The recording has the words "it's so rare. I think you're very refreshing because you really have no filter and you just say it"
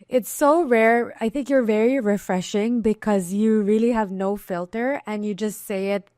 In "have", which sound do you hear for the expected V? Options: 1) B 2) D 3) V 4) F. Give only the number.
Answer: 3